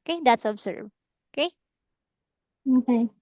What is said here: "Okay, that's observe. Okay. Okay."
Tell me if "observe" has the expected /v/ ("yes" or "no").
no